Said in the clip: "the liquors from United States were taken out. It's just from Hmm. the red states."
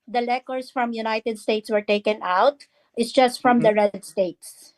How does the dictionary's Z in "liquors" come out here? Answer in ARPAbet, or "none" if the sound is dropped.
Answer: S